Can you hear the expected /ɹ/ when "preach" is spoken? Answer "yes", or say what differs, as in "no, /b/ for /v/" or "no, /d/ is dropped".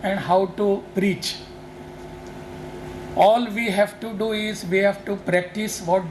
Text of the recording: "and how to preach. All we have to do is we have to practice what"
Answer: yes